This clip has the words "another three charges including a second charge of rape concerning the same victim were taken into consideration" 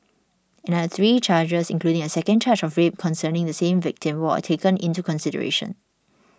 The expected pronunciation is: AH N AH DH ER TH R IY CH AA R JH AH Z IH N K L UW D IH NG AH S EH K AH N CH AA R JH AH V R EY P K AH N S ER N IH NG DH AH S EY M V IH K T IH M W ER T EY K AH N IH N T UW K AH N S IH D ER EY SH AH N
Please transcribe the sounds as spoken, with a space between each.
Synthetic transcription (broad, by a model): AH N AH ER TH R IY CH AA JH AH S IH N K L UW D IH NG AH S EH K AH N CH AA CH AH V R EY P K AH N S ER N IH NG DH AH S EY M V IH K T IH M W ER T EY K AH N IH N T UW K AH N S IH D ER EY SH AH N